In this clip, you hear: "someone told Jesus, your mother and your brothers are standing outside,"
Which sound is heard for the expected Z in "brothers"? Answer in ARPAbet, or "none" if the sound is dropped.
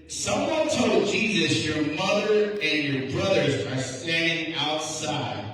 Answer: Z